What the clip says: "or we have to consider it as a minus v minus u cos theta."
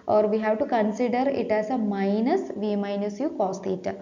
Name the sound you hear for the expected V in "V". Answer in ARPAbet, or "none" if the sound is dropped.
V